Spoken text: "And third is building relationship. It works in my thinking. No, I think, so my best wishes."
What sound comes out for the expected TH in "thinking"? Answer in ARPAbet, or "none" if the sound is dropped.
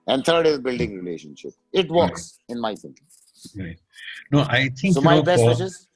S